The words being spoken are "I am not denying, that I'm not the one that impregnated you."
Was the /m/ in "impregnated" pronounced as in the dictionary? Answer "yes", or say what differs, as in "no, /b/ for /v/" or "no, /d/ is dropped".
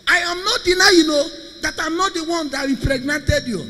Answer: no, /m/ is dropped